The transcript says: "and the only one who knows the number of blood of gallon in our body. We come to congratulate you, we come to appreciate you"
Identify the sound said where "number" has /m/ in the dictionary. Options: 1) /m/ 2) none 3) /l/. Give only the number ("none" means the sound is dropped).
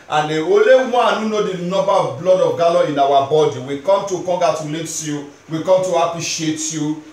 2